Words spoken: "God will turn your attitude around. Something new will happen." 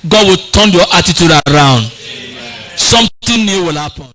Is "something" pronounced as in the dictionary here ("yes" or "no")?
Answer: no